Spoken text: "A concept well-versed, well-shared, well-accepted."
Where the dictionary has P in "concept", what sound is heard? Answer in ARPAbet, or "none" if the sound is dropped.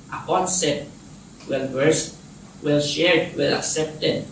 none